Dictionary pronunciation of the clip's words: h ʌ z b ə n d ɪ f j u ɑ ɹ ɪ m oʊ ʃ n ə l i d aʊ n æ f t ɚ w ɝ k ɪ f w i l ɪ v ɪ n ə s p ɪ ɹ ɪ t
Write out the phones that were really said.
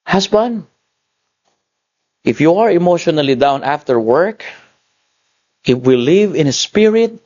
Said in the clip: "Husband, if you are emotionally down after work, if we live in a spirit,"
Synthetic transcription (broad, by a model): h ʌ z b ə n ɪ f j u ɑ ɹ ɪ m oʊ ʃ n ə l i d aʊ n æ f t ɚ w ɝ k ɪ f w i l ɪ v ɪ n ə s p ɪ ɹ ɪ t